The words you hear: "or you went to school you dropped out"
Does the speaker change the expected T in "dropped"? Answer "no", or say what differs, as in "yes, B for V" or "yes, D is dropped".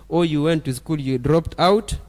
no